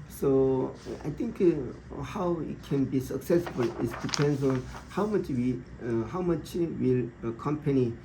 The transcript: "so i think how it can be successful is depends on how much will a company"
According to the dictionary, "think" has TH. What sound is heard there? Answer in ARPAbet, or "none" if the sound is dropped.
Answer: T